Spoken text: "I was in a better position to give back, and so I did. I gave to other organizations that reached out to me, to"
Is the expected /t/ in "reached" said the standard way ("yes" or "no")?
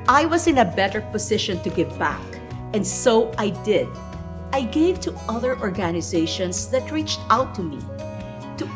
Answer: yes